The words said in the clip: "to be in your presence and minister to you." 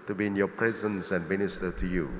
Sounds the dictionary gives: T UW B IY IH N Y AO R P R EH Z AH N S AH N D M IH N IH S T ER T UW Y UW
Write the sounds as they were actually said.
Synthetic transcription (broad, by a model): T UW B IY IH N Y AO P R EH Z AH N S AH N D M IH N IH S T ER T UW Y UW